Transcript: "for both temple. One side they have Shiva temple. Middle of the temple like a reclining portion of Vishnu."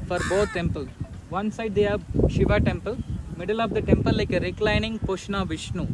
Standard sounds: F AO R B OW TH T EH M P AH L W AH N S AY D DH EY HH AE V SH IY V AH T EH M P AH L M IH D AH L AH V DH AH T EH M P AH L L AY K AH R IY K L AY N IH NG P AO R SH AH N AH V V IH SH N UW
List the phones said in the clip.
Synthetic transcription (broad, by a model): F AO R B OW T T EH M P AH L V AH N S AY D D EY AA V SH IY V AH T EH M P AH L M IH D AH L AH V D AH T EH M P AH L L AY K AH R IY K L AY N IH NG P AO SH N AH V V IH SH N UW